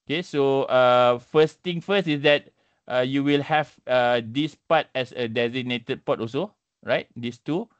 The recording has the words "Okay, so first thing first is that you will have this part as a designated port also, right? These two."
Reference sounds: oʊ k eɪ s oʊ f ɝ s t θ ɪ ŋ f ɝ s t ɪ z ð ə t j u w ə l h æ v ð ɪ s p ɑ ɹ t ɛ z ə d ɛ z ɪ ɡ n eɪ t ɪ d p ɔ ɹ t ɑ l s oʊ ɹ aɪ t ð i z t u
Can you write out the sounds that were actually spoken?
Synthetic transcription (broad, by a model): oʊ k eɪ s oʊ f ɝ s t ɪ ŋ f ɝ s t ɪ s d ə t j u w ə l h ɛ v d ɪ s p ɑ t ɛ s ə d ɛ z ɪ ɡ n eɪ t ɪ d p ɔ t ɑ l s oʊ ɹ aɪ t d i s t u